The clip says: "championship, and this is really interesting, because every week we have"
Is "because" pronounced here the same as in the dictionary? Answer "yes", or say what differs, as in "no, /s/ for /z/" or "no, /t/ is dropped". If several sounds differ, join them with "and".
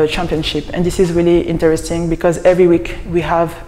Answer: yes